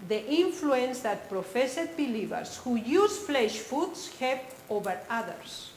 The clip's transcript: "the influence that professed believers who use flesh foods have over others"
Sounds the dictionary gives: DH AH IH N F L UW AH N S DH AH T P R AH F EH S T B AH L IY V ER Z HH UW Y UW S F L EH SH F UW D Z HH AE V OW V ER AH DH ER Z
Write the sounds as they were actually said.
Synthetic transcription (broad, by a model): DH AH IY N F L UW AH N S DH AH T P R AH F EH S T B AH L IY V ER S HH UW Y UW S F L EH SH F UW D S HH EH P OW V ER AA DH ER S